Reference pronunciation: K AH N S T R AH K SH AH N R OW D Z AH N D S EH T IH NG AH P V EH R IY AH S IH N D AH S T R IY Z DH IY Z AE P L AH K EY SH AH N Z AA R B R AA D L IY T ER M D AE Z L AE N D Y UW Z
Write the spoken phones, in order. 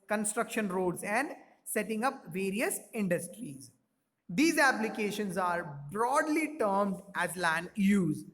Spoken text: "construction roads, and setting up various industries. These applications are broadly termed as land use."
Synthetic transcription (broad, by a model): K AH N S T R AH K SH AH N R OW D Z AH N D S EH T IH NG AH P V EH R IY AH S IH N D AH S T R IY Z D IY Z AE P L AH K EY SH AH N Z AA R B R AA D L IY T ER M D AE Z L AE N D Y UW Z